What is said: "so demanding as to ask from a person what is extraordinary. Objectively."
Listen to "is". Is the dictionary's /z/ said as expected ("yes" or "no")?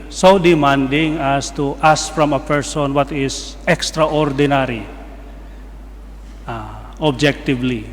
no